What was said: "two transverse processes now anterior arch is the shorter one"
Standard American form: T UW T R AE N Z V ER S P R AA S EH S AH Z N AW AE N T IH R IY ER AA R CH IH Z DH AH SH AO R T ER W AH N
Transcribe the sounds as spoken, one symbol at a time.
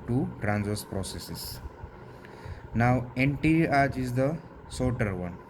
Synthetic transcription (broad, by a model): T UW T R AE N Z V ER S P R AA S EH S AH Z N AW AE N T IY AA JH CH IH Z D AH S AO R T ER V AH N